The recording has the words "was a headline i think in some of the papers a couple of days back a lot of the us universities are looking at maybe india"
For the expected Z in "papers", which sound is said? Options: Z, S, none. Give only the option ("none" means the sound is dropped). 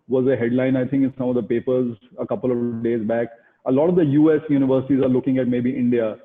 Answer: Z